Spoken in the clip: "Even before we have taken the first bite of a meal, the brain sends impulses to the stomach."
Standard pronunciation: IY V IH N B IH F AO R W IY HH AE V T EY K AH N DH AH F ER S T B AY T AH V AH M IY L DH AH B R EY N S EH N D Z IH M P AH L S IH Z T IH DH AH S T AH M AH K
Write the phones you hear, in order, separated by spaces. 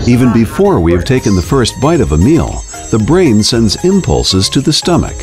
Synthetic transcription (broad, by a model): IY V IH N B IH F AO R W IY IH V T EY K AH N DH AH F ER S T B AY T AH V AH M IY L DH AH B R EY N S EH N D Z IH M P AH L S IH Z T IH DH AH S T AH M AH K